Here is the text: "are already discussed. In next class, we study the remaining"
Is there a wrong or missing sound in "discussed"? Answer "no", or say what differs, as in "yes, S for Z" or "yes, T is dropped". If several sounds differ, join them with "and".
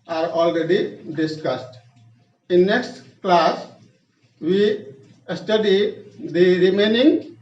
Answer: no